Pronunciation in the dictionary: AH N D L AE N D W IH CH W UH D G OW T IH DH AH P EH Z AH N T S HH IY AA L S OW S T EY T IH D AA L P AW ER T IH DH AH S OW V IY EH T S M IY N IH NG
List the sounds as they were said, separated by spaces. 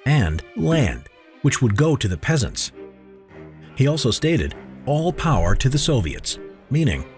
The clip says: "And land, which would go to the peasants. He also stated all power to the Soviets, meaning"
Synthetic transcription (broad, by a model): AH N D L AE N D W IH CH W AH D G OW T IH DH AH P EH Z AH N T S HH IY AA L S OW S T EY T IH D AA L P AW ER T IH DH AH S OW V IY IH T S M IY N IH NG